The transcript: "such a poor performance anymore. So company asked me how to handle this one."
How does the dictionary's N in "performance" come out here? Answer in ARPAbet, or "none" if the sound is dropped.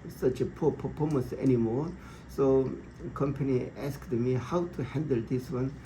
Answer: none